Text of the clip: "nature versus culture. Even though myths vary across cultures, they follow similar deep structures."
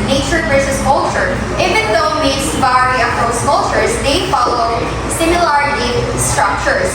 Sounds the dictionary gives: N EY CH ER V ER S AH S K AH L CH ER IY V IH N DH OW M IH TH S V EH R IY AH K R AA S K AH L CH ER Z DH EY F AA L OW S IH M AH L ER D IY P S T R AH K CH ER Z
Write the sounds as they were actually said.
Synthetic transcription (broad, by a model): N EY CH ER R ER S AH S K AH L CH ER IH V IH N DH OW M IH T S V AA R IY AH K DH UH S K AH L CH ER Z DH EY F AA L OW S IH M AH L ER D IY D S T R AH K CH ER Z